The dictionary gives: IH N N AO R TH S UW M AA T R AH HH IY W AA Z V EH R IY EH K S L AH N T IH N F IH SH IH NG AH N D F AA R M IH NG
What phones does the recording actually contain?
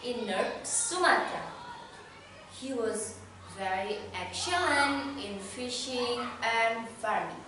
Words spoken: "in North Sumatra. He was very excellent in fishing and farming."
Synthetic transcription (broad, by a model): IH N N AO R S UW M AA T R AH HH IY W AA Z V EH R IY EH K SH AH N IH N F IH SH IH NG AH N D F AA R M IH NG